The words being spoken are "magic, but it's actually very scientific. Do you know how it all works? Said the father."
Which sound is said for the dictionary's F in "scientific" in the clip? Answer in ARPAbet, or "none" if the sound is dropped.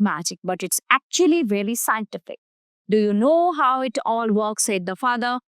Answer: F